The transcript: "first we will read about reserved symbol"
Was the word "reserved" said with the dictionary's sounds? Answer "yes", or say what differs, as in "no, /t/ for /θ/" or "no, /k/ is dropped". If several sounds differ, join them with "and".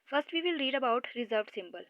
yes